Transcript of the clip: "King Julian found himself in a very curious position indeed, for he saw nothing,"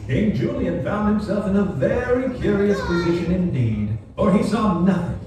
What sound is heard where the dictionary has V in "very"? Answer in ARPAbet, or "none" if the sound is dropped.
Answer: V